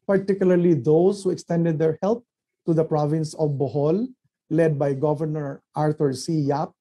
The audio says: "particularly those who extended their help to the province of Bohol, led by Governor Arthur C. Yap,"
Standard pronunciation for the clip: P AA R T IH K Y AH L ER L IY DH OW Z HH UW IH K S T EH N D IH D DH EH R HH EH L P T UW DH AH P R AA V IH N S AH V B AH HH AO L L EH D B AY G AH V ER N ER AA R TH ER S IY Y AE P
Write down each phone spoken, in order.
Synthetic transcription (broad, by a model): P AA R T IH K Y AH L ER L IY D OW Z HH UW IH K S T EH N D IH D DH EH R HH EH L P T UW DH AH P R AA V IH N S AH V B AH HH AO L L EH D B AY G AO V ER N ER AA R T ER S IY Y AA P